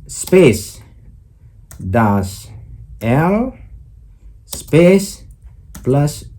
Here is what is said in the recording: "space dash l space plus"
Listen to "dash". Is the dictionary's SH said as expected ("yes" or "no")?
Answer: no